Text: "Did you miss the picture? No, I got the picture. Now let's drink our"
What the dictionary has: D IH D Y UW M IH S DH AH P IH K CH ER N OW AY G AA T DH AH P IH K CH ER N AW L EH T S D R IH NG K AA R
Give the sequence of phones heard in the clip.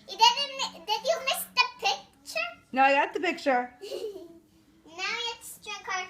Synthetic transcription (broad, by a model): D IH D Y UW M IH S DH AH P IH K CH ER N OW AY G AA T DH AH P IH K CH ER N AW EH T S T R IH K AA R